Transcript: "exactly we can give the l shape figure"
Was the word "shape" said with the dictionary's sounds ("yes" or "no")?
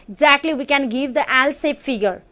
no